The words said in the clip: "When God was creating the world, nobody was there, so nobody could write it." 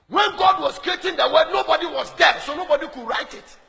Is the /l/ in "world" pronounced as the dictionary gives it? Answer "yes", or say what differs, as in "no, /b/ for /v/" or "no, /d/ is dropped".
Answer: no, /l/ is dropped